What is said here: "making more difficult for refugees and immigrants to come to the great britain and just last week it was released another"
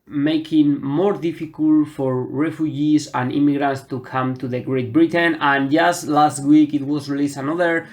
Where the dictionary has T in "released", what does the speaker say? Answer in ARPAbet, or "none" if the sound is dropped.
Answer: none